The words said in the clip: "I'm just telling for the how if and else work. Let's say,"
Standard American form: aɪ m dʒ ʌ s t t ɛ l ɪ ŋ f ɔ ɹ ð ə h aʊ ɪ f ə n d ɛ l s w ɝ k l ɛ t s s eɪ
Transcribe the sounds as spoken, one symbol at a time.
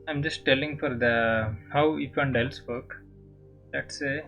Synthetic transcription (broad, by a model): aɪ m dʒ ʌ s t t ɛ l ɪ ŋ f ɔ ɹ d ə h aʊ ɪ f ə n d ɛ l s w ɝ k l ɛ t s s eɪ